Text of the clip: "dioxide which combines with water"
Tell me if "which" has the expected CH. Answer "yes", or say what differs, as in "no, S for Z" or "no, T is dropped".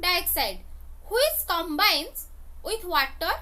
no, S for CH